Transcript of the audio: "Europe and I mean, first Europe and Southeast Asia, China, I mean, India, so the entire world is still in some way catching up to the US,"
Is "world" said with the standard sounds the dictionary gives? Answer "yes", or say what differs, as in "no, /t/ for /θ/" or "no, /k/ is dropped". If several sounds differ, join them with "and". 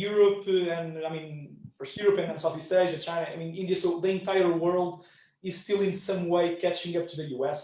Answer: yes